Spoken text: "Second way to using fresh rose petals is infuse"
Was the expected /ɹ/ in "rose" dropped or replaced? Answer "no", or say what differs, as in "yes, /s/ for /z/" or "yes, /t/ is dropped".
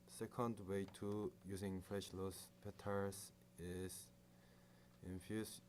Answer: yes, /l/ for /ɹ/